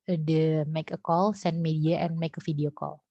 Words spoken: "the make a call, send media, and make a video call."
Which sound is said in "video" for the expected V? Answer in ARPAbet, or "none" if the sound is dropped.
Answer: F